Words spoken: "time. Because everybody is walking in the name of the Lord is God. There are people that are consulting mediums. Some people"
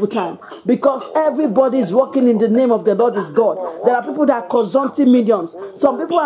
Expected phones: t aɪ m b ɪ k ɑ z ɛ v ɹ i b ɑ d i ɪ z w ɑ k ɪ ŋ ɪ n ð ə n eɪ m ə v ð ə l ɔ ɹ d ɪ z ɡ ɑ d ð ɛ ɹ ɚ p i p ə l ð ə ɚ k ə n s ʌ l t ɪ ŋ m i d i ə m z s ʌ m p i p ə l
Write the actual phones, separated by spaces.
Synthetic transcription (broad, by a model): t aɪ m b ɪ k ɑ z ɛ v ɹ i b ɑ d i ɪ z w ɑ k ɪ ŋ ɪ n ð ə n eɪ m ə v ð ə l ɔ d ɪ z ɡ ɑ d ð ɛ ɹ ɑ p i p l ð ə k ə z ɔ n t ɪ m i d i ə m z s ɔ m p i p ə